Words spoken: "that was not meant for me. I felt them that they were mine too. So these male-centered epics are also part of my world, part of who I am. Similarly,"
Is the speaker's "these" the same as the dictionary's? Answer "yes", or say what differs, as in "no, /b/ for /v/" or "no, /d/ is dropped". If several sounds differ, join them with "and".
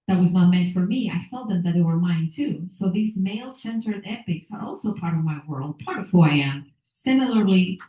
yes